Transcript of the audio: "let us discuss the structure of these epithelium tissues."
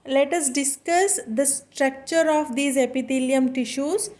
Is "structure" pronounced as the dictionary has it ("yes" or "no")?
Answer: yes